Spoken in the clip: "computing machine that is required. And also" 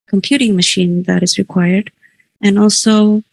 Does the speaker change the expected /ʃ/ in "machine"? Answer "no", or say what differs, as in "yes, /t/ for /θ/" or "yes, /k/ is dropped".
no